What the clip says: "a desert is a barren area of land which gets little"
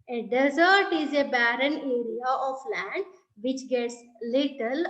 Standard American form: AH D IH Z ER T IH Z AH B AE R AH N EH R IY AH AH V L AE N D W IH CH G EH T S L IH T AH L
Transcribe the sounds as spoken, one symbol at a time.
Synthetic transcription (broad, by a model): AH D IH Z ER T IH Z AH B AE R AH N EH R IY AH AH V L AE N D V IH CH G EH T S L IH T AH L